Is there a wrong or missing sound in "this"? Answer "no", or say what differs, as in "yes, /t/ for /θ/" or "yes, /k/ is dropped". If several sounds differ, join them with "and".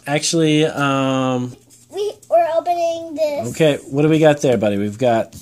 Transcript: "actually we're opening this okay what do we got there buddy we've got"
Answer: yes, /s/ is dropped